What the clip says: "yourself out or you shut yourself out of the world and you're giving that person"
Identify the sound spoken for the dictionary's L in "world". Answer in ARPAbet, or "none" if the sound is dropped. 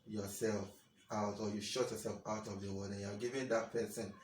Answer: none